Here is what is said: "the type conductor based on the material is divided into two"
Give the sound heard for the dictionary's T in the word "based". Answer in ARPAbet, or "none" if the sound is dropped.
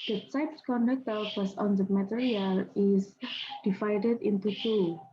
none